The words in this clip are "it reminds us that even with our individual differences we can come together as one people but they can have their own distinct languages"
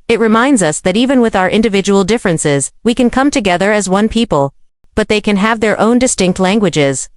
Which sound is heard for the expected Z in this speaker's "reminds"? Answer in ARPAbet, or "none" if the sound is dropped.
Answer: Z